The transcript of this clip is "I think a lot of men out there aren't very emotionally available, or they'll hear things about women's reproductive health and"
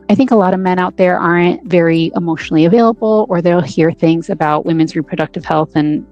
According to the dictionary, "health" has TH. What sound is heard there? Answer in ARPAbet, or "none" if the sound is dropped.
TH